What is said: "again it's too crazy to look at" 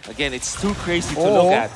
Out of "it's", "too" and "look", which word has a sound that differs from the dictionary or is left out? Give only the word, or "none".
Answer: look